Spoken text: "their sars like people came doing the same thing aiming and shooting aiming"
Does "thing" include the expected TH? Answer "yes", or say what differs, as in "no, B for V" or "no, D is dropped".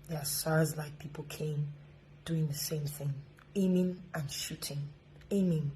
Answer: yes